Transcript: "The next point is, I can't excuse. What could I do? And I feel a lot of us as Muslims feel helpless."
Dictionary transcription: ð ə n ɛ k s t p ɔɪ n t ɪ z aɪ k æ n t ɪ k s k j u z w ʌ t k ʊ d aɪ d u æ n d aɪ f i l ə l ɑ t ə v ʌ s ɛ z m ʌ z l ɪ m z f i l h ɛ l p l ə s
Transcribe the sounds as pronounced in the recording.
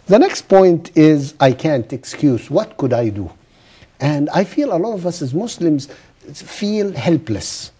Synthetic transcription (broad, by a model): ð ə n ɛ k s t p ɔɪ n t ɪ z aɪ k æ n t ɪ k s k j u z w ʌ t k ʊ d aɪ d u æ n d aɪ f i l ə l ɑ t ə v ʌ s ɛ z m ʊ s l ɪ m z f i l h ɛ l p l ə s